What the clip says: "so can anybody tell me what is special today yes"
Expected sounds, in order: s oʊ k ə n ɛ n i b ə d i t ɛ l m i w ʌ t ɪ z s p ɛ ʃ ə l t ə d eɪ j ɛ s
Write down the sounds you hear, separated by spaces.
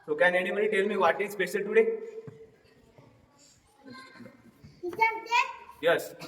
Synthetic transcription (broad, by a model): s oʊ k ə n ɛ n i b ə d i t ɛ l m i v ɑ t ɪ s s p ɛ s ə t ə d eɪ j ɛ s